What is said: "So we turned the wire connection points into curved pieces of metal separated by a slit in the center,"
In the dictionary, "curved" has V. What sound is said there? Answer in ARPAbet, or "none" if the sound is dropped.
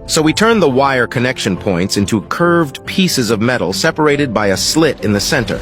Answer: V